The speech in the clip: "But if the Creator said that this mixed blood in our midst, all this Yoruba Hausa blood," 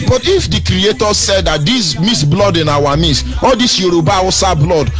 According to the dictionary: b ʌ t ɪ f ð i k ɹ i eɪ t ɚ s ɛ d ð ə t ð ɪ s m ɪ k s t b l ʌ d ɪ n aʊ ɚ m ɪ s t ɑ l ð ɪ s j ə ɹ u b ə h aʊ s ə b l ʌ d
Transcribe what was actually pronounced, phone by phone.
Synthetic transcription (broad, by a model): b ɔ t ɪ f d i k ɹ i eɪ t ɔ s ɛ d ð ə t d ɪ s m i s b l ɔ d ɪ n aʊ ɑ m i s ɑ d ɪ s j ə ɹ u b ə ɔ s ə b l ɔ d